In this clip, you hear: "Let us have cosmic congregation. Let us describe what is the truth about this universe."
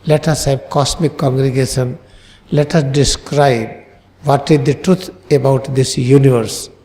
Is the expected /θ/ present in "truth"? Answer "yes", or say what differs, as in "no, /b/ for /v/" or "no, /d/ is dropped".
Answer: no, /t/ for /θ/